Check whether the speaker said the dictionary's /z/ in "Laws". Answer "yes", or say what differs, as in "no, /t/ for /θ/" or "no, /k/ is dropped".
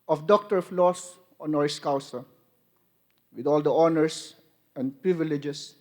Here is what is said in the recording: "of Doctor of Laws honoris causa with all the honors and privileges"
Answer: no, /s/ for /z/